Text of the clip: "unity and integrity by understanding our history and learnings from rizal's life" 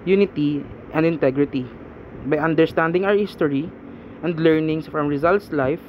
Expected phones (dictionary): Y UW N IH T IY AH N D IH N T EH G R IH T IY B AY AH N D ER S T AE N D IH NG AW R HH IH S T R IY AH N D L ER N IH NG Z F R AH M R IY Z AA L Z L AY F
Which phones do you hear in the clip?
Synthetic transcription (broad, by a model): Y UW N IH T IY AH N D IH N T EH G R IH T IY B AY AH N D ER S T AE N D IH NG AW R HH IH S T R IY AH N D L ER N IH NG S F R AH M R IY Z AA L S L AY F